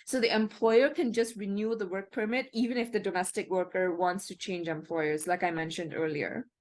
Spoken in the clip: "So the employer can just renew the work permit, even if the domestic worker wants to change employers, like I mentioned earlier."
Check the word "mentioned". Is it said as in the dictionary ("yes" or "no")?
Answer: yes